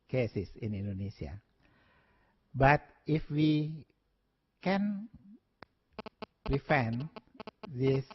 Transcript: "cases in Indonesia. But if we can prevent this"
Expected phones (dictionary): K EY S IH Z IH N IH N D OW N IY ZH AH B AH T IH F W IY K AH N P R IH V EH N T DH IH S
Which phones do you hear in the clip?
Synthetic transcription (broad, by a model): K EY S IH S IH N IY N D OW N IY S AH B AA T IH F W IY K AH N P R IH F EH N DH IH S